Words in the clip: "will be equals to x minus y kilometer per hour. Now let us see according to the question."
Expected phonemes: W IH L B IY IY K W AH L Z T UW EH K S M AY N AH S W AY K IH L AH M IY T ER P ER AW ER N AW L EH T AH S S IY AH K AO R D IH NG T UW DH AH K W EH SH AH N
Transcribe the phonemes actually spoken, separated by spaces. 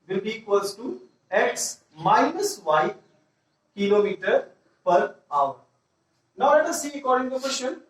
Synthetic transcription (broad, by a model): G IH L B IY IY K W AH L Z T UW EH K S M AY N AH S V AY K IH L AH M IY T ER P ER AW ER N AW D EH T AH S S IY AH K AO R D IH NG T UW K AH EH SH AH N